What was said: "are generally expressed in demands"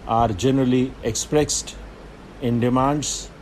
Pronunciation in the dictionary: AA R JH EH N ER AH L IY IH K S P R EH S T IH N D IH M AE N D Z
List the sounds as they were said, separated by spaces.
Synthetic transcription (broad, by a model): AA R JH EH N ER AH L IY IH K S P R EH S T IH N D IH M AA N D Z